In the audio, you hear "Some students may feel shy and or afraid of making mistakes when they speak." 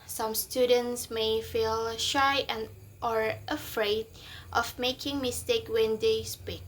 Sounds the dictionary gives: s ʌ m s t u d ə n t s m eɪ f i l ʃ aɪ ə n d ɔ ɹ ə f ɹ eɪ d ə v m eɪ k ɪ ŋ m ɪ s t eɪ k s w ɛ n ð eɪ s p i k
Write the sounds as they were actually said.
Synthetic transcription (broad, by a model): s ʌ m s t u d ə n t s m eɪ f i l ʃ aɪ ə n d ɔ ɹ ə f ɹ eɪ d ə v m eɪ k ɪ ŋ m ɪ s t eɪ k w ɛ n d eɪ s p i k